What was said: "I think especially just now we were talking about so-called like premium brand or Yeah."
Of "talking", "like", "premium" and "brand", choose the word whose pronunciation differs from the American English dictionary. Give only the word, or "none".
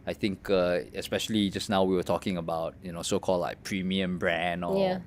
brand